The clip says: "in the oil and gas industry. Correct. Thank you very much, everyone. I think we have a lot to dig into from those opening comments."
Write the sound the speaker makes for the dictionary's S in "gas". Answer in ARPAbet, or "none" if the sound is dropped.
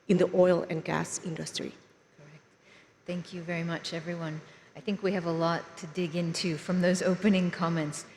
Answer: S